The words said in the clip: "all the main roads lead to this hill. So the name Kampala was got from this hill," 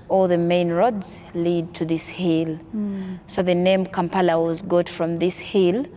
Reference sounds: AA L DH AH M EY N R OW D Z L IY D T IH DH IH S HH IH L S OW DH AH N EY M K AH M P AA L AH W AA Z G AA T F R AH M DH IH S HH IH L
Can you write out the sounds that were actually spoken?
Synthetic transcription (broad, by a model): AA L DH AH M EY N R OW D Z L IY D T IH DH IH S HH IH L S OW DH AH N EY M K AH M P AA L AH W AA Z G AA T F R AH M DH IH S HH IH L